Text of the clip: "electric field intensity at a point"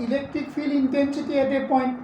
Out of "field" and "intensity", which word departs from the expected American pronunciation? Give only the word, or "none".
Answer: field